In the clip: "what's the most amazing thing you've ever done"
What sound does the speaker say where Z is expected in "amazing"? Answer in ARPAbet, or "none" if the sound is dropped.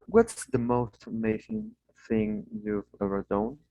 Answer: S